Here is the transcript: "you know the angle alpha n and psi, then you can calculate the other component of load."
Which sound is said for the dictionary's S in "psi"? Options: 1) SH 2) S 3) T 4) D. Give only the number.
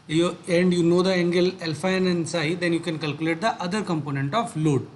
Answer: 2